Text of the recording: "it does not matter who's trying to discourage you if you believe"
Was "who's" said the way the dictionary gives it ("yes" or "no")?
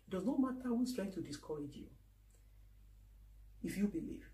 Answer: no